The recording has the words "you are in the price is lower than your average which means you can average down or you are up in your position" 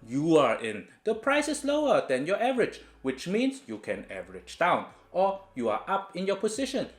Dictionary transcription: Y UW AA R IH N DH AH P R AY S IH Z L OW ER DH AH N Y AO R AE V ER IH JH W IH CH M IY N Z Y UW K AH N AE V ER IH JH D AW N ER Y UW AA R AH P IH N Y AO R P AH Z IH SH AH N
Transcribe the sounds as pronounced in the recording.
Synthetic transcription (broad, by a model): Y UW AA R IH N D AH P R AY S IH S L OW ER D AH N Y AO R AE V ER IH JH W IH CH M IY N S Y UW K AH N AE V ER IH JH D AW N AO Y UW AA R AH P IH N Y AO P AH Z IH SH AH N